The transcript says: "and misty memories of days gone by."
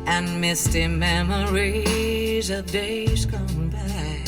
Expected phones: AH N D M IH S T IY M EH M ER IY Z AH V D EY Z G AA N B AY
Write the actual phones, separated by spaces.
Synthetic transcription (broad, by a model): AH N M IH S T IY M EH M ER IY Z AH V D EY Z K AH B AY